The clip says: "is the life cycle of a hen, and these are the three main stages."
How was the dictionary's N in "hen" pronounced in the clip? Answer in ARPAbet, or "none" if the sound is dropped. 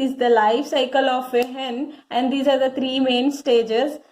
N